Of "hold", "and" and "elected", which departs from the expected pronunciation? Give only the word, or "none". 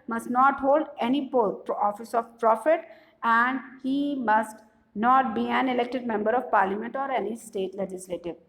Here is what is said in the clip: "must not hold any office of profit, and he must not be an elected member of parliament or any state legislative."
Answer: none